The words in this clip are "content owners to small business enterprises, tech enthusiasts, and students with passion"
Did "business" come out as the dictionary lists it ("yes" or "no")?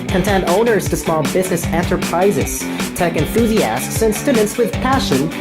yes